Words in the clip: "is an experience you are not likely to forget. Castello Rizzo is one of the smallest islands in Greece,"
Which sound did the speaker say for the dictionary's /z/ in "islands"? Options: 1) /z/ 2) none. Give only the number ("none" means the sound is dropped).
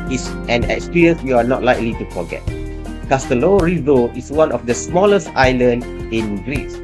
2